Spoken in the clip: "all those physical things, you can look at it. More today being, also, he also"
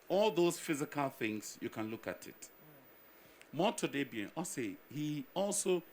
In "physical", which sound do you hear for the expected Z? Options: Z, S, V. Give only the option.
Z